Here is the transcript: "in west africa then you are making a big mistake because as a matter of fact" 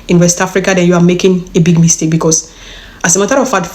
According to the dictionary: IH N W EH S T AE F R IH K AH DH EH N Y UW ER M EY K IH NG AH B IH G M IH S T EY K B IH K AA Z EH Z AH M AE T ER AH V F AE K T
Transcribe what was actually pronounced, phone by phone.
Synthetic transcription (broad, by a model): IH N W EH S T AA F R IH K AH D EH N Y UW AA M EY K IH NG AH B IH G M IH S T EY K B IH K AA S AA S AH M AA T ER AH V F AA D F